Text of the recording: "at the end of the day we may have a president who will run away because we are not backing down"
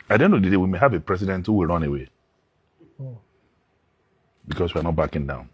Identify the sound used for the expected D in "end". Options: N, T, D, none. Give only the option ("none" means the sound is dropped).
none